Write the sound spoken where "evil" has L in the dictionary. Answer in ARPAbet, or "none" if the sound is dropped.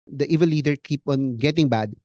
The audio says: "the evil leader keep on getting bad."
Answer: N